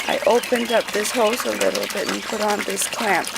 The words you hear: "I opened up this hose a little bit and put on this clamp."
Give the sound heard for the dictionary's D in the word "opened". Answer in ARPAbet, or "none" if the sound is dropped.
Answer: D